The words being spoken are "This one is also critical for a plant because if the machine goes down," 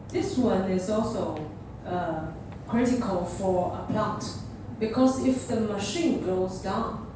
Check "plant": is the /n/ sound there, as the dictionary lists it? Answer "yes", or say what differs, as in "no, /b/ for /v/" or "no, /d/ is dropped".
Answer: no, /n/ is dropped